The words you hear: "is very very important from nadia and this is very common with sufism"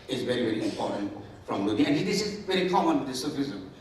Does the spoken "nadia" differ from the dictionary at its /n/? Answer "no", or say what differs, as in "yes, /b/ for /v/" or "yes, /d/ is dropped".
yes, /l/ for /n/